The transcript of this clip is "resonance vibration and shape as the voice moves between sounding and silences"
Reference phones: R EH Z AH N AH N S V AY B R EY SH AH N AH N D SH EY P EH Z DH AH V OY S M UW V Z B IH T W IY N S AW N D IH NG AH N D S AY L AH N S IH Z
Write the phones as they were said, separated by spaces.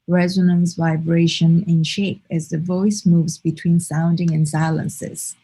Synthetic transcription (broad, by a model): R EH Z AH N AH N S V AY B R EY SH AH N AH N SH EY P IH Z DH AH V OY S M UW V Z B IH T W IY N S AW N D IH NG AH N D S AY L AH N S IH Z